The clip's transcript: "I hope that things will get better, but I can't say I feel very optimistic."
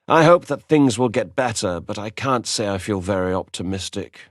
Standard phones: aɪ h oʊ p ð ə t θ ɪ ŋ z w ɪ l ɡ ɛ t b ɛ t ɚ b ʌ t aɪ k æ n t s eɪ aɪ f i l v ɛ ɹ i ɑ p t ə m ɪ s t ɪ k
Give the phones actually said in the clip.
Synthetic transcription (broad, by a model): aɪ h oʊ p ð ə t θ ɪ ŋ z w ɪ l ɡ ɛ t b ɛ t ɚ b ʌ t aɪ k æ n t s eɪ aɪ f i l v ɛ ɹ i ɑ p t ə m ɪ s t ɪ k